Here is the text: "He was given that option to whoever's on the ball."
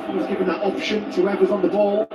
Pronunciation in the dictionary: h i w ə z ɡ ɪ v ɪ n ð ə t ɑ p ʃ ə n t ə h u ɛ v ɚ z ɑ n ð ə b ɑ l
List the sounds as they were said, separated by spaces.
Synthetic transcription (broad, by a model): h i w ə z ɡ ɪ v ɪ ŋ ð ə t ɑ p ʃ ə n t ə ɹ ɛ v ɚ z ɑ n ð ə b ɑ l